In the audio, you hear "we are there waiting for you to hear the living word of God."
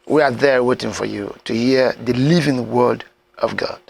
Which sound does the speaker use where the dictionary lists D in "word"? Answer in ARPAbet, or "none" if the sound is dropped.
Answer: D